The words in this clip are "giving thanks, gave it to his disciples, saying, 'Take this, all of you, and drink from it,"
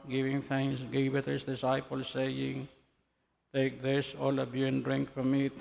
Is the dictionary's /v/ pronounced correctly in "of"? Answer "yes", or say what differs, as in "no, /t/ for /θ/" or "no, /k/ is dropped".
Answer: no, /b/ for /v/